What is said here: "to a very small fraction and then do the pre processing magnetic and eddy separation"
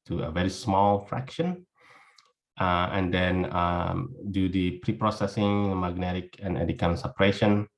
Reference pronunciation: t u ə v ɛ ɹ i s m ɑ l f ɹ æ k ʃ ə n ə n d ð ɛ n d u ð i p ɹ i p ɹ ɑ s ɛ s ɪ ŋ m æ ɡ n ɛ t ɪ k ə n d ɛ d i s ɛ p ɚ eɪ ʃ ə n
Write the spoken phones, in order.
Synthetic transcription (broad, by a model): t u ə v ɛ ɹ i s m ɑ l f ɹ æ k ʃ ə n ə n d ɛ n d u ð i p ɹ i p ɹ ɑ s ɛ s ɪ ŋ m æ ɡ n ɛ t ɪ k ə n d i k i s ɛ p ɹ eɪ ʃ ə n